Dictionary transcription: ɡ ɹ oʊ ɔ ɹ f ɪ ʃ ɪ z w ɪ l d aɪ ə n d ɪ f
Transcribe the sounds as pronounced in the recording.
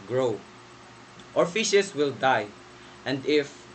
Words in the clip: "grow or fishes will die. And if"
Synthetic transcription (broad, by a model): ɡ ɹ oʊ ɔ ɹ f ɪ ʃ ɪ s w ɪ l d aɪ ə n d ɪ f